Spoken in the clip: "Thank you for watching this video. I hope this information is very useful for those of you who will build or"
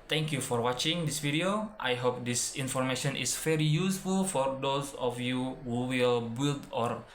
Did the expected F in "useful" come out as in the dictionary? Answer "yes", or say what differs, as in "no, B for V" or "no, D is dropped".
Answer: yes